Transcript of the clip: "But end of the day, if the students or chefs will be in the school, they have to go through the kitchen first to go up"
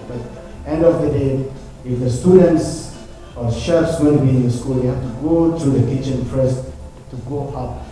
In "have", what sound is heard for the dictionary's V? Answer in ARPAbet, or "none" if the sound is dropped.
F